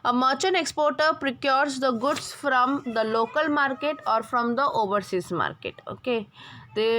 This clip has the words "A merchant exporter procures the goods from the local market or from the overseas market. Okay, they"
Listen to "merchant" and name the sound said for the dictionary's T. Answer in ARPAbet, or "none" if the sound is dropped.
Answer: none